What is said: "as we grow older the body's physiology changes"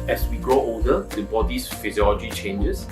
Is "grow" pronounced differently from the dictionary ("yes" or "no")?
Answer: no